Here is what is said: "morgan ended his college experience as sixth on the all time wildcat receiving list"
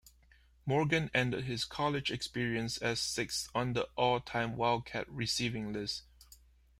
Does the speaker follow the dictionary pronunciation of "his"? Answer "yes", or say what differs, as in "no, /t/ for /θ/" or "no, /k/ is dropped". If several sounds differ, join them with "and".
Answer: no, /s/ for /z/